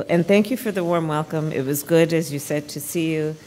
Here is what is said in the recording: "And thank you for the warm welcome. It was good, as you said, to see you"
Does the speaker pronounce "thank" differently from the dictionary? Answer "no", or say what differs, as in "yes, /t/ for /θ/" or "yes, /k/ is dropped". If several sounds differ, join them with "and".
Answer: no